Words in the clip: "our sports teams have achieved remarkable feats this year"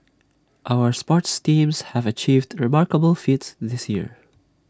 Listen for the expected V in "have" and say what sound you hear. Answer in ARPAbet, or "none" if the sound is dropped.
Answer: V